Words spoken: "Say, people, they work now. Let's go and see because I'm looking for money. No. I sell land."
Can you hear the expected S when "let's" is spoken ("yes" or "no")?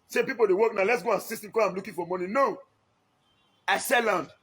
yes